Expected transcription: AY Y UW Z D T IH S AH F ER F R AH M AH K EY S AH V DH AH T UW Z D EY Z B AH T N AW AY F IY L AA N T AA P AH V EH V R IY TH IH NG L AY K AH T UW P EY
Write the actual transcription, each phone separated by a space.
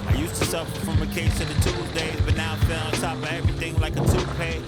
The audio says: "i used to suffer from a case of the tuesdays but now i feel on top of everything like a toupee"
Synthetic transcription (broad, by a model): AY Y UW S T IH S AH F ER F R AH M AH K EY S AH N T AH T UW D EY Z B AH T N AW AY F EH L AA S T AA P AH EH V R IY TH IH NG L AY K AH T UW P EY